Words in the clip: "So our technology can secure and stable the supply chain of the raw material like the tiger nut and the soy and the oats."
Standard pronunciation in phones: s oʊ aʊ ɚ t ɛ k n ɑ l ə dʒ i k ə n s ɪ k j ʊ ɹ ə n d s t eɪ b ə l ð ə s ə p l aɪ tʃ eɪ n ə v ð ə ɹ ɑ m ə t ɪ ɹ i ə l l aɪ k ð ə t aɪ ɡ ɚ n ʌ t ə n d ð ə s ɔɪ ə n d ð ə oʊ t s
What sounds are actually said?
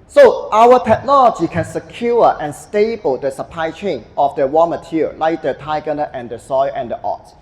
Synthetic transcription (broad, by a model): s oʊ aʊ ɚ t ɛ k n ɑ l ə dʒ i k ə n s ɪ k j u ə n s t eɪ b ə l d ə s ə p l aɪ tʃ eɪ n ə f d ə w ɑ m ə t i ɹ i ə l l aɪ k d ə t aɪ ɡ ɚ n ʌ t ə n d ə s ɔɪ ə n d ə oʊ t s